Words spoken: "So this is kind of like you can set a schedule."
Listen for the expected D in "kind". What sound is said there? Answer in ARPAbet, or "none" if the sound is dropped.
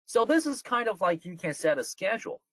D